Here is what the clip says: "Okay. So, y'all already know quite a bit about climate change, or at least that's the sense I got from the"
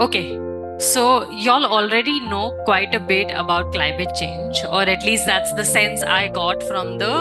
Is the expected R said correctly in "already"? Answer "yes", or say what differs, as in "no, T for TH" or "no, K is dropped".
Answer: yes